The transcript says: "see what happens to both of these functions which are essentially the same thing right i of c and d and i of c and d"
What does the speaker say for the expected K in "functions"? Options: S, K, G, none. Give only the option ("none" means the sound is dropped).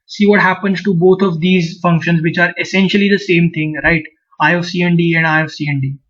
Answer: K